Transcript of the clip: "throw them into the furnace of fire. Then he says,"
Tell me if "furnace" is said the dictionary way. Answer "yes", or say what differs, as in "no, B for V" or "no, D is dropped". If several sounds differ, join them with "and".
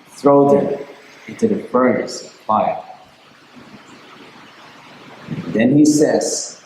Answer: no, N is dropped